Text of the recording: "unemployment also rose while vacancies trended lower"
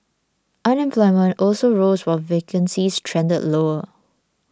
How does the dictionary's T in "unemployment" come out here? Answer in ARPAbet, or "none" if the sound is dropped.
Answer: T